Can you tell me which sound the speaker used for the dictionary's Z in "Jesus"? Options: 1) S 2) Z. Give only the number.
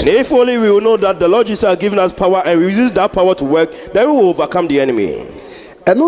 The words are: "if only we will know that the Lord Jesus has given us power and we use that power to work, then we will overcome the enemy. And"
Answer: 1